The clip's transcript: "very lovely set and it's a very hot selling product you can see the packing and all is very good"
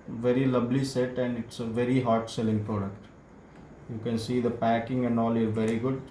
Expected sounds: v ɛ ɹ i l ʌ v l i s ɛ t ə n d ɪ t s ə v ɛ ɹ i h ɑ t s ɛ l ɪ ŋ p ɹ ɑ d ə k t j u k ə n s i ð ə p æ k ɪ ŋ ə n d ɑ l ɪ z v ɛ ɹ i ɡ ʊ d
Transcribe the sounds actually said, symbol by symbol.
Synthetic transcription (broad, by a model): v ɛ ɹ i l ʌ b l i s ɛ t ə n d ɪ t s ə v ɛ ɹ i h ɑ t s ɛ l ɪ ŋ p ɹ ɑ d ə k t j u k ə n s i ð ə p æ k ɪ ŋ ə n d ɑ l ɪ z v ɛ ɹ i ɡ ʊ d